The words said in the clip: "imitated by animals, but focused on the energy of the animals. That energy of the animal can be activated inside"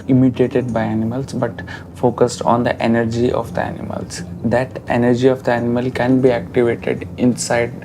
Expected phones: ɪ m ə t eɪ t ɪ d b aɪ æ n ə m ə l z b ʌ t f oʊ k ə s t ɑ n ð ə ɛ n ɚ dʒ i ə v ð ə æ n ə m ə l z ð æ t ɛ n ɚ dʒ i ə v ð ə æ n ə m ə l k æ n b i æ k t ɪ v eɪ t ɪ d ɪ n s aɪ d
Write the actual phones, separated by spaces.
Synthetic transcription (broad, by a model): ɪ m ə t eɪ t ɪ d b aɪ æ n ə m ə l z b ʌ t f oʊ k ə s t ɑ n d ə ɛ n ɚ dʒ i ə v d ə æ n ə m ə l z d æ t ɛ n ɚ dʒ i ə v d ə æ n ə m ə l k æ n b i æ k t ɪ v eɪ t ɪ d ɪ n s aɪ d